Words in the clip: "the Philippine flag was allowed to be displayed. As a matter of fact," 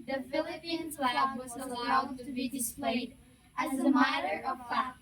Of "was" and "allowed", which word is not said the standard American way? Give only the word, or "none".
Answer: none